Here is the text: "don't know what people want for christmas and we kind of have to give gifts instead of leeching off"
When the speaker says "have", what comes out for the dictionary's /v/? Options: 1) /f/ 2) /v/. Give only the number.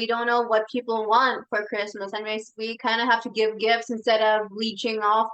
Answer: 1